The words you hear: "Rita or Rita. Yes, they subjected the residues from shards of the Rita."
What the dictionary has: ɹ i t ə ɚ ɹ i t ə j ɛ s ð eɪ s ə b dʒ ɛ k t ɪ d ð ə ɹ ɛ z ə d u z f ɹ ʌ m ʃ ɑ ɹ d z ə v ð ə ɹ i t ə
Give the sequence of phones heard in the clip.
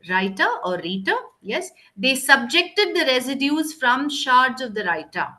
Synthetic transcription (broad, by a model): ɹ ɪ t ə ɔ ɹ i t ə j ɛ s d eɪ s ə b dʒ ɛ k t ɪ d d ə ɹ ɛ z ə d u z f ɹ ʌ m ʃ ɑ ɹ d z ə v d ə ɹ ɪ t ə